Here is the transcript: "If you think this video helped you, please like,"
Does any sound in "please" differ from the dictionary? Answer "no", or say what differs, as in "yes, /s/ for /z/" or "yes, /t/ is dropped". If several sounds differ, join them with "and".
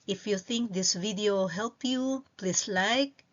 yes, /s/ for /z/